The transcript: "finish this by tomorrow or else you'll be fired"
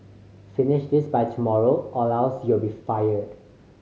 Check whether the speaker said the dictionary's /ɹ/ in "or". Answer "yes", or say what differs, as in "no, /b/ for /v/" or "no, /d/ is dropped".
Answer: no, /l/ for /ɹ/